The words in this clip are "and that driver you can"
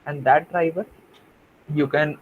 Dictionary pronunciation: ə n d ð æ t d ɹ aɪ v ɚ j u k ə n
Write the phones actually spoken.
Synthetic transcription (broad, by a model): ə n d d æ t d ɹ aɪ v ɚ j u k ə n